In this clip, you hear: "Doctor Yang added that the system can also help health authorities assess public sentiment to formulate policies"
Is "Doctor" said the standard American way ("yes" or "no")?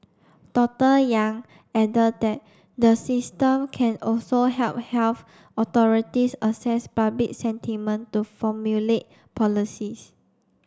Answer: no